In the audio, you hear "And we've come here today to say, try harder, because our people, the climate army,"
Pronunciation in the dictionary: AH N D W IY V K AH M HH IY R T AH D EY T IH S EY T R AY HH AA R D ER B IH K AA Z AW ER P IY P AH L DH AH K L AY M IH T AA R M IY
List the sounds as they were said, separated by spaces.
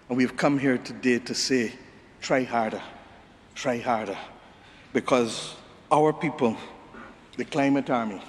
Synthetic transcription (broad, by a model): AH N W IY V K AH M HH IY R T AH D EY T IH S EY T R AY HH AA R D ER B IH K AA Z AW ER P IY P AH L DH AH K L AY M IH T AA R M IY